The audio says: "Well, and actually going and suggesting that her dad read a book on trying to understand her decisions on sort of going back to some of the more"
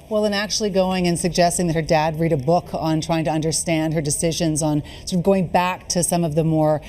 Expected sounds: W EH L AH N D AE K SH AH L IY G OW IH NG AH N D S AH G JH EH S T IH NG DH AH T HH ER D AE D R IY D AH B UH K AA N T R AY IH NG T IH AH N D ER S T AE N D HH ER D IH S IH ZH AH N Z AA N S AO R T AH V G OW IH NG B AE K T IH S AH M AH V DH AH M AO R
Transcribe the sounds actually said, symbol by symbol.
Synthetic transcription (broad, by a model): W EH L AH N AE K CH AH L IY G OW IH NG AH N S AH G JH EH S T IH NG DH AH T HH ER D AE D R IY D AH B UH K N T R AY IH NG T IH AH N D ER S T AE N D HH ER D IH S IH ZH AH N Z N S AO R T AH V G OW IH NG B AE K T IH S AH M AH V DH AH M AO R